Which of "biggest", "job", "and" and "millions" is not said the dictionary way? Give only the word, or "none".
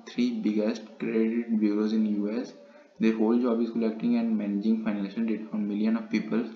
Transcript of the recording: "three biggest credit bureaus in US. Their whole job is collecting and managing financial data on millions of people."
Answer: millions